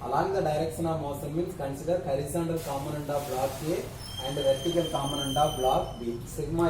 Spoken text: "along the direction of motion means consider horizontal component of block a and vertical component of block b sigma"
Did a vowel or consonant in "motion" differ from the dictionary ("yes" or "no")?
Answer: yes